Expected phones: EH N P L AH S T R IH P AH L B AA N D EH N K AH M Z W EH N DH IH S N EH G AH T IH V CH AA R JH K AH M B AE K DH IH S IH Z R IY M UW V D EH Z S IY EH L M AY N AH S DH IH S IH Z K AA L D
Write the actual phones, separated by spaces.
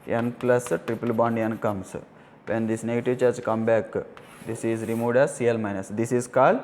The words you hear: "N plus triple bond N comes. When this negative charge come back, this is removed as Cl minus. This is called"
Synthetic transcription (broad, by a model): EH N P L AH S T R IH P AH L B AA N D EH N K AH M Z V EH N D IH S N EH G AH T IH V CH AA R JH K AH M B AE K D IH S IH Z R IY M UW D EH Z S IY EH L M AY N AH S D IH S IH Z K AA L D